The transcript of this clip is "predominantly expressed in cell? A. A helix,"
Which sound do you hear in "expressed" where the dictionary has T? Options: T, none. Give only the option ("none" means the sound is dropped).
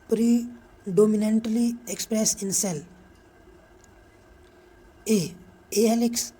none